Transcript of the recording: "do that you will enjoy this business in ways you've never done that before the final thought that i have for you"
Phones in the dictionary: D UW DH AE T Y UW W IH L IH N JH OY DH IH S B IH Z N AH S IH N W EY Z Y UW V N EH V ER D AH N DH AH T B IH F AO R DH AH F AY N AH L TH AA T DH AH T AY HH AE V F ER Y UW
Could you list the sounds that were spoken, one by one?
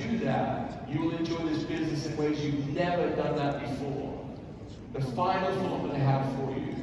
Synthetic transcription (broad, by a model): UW DH AE T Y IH L IH N JH OY DH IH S B IH Z N AH S IH N W EY Z Y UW V N EH V ER D AH N DH AH T B IH F AO R DH AH F AY N L F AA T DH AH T AY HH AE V F ER Y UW